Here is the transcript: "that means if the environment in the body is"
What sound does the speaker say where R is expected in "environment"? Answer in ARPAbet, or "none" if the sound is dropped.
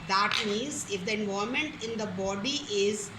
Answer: none